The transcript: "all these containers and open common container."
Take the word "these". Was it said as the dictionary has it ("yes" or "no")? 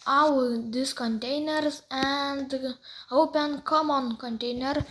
no